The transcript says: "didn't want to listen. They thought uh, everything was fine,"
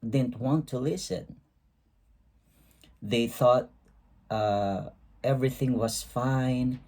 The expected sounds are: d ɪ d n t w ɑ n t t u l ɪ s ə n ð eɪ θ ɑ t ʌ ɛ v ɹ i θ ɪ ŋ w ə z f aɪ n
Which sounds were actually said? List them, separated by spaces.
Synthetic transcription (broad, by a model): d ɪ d n t w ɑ n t t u l ɪ s ə n ð eɪ θ ɑ t ʌ ɛ v ɹ i θ ɪ ŋ w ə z f aɪ n